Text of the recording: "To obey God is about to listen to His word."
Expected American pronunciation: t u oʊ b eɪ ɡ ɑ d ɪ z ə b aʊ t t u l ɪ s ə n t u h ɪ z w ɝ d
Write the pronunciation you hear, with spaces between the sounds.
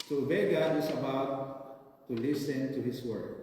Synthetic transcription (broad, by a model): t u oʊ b eɪ ɡ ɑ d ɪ s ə b aʊ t t u l ɪ s ə n t u h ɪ s w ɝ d